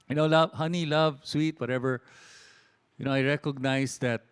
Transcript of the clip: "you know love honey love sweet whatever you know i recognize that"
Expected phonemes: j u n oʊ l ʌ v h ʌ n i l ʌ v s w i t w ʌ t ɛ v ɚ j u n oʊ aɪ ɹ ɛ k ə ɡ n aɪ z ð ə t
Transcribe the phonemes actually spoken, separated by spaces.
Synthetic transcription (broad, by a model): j n oʊ l ʌ v h ʌ n i l ʌ v s w i t w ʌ t ɛ v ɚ j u n oʊ aɪ ɹ ɛ k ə ɡ n aɪ s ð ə t